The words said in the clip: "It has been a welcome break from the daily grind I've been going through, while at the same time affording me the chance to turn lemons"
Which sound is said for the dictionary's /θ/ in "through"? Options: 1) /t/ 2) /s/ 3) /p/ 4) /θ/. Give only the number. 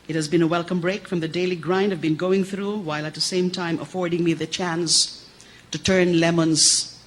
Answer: 4